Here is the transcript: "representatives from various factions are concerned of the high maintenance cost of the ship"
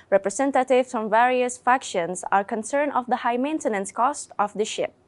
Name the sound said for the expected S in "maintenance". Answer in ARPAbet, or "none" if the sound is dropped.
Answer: S